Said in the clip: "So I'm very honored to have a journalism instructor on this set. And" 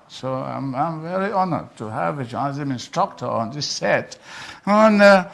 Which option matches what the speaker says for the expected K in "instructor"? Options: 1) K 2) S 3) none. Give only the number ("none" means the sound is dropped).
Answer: 1